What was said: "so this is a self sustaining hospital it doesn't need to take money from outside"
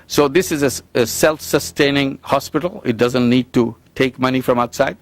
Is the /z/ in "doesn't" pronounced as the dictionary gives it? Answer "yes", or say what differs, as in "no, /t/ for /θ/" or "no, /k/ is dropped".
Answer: yes